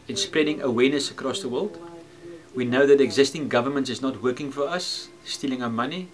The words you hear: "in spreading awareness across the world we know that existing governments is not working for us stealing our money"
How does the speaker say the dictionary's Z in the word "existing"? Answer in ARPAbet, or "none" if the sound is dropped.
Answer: Z